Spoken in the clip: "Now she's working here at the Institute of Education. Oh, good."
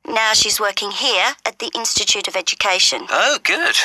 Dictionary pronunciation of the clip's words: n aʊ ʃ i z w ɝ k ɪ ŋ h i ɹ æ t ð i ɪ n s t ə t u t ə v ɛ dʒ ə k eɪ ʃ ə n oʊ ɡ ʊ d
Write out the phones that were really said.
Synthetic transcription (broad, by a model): n aʊ ʃ i z w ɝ k ɪ ŋ h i ɹ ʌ t ð i ɪ n s t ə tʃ u t ə v ɛ dʒ ə k eɪ ʃ ə n oʊ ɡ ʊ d